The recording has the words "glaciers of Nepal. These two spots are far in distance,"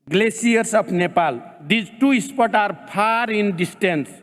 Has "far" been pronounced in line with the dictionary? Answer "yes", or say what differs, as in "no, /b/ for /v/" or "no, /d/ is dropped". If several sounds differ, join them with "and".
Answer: no, /p/ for /f/